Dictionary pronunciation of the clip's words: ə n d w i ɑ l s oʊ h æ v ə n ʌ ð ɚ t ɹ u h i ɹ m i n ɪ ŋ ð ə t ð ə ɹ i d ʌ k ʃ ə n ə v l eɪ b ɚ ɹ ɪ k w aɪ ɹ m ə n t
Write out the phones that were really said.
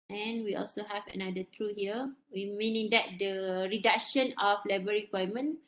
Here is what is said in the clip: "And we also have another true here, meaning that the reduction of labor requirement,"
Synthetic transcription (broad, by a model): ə n w i ɑ l s oʊ h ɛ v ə n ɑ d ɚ t ɹ u h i w m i n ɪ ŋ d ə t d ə ɹ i d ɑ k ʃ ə n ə f l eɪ b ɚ ɹ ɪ k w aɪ m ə n